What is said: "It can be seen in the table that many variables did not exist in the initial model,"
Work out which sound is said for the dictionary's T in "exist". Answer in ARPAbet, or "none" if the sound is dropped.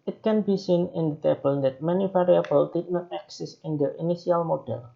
none